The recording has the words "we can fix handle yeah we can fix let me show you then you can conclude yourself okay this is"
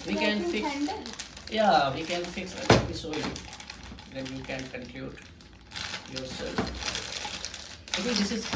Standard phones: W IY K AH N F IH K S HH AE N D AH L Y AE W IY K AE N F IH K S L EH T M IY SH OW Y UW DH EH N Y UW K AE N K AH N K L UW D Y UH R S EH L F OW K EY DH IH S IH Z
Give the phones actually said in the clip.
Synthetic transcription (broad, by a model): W IY K AH N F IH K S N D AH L Y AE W IY K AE N F IH K S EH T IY S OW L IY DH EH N Y UW K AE N K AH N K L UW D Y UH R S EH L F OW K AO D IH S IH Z